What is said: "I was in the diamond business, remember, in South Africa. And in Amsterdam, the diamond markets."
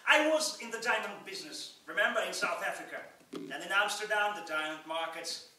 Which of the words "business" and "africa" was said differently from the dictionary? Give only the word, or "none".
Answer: none